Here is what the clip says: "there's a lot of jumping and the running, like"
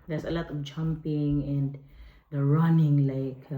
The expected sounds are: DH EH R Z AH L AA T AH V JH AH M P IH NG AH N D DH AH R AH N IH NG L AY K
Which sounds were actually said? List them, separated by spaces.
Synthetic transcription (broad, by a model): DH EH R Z AH L AA T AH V JH AH M P IH NG AH N D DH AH R AH N IH NG L AY K